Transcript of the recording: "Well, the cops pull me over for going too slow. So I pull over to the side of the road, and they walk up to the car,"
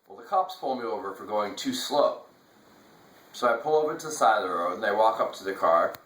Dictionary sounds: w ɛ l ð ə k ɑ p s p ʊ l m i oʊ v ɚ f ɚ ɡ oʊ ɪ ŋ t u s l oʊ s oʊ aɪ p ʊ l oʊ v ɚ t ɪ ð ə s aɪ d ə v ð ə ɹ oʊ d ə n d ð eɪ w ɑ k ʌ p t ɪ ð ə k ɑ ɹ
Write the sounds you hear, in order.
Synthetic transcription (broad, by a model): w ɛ l ð ə k ɑ p s p ʊ l m i oʊ v ɚ f ɚ ɡ oʊ ɪ ŋ t u s l oʊ s oʊ aɪ p ʊ l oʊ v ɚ t ɪ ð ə s aɪ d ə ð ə ɹ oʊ ə n ð eɪ w ɑ k ʌ p t ɪ ð ə k ɑ ɹ